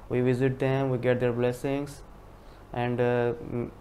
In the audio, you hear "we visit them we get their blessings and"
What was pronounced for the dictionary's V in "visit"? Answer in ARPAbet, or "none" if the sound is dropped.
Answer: V